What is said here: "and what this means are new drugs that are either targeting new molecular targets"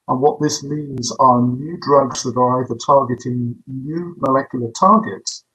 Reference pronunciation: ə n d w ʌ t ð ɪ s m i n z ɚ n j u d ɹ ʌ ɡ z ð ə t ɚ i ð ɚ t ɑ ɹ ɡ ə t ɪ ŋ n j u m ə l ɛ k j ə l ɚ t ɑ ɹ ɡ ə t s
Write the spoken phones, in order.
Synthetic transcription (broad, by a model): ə n w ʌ t ð ɪ s m i n z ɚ n j u d ɹ ʌ ɡ z ð ə t ɚ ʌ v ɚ t ɑ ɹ ɡ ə t ɪ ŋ n j u m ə l ɛ k j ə l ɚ t ɑ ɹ ɡ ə t s